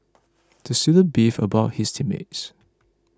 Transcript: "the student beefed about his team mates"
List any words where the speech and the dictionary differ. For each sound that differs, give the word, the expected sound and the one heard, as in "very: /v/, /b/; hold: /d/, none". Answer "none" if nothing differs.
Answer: beefed: /t/, none; his: /z/, /s/